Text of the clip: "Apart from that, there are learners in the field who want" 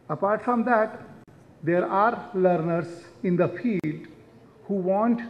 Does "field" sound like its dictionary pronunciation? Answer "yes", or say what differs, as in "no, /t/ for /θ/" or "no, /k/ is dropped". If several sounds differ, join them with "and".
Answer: no, /l/ is dropped